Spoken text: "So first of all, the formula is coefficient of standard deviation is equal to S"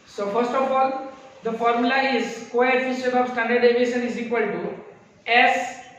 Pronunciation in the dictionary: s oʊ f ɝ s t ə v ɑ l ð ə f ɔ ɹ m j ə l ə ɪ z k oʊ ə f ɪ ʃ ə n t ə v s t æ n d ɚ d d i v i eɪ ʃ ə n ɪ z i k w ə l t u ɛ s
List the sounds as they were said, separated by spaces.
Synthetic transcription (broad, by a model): s oʊ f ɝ s t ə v ɑ l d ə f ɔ ɹ m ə l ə ɪ z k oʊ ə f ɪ s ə t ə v s t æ n d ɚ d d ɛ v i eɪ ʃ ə n ɪ z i k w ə l t u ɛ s